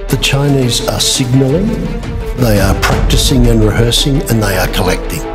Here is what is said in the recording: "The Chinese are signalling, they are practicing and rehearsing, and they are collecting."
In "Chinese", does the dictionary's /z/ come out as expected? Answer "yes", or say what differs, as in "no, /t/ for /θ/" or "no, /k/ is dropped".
yes